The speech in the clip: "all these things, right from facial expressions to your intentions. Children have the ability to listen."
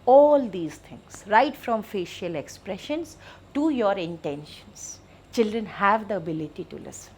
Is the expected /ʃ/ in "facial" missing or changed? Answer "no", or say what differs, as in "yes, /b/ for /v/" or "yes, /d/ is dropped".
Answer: no